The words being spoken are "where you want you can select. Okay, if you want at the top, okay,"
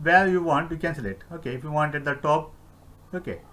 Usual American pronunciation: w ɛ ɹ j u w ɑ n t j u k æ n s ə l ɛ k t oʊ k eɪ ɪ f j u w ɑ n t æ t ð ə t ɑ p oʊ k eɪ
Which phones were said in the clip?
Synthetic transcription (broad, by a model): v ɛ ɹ j u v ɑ n t j u k æ n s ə l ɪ t oʊ k eɪ ɪ f j u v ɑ n t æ t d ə t ɑ p oʊ k eɪ